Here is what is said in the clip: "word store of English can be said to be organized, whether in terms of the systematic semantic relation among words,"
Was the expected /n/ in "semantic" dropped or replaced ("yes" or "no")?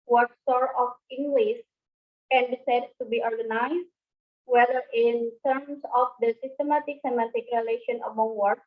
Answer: yes